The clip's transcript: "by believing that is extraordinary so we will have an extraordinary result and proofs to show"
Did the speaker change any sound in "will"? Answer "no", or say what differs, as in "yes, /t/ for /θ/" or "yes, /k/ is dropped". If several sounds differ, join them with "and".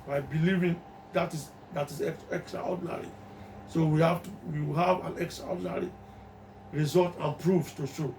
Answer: yes, /w/ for /l/